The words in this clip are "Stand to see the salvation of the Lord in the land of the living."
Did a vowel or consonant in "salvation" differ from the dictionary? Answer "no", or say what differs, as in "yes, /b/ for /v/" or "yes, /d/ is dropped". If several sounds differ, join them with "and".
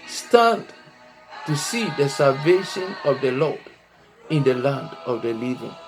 no